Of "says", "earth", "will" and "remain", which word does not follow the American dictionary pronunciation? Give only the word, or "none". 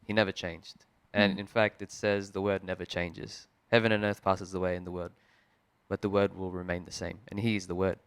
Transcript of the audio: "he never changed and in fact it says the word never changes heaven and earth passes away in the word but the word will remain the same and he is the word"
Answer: none